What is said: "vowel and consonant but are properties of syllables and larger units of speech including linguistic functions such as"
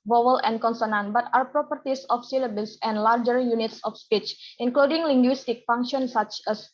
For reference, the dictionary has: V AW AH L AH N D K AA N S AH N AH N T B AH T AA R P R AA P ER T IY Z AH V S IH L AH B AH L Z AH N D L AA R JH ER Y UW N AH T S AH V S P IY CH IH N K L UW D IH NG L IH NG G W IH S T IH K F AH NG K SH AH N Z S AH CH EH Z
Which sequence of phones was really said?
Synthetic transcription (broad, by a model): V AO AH L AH N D K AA N S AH N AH N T B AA T AA R P R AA P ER T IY S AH F S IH L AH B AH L S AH N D L AA R JH ER Y UW N AH T S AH F S P IY CH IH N K L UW D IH NG L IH NG G W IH S T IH K F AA NG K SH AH N S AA CH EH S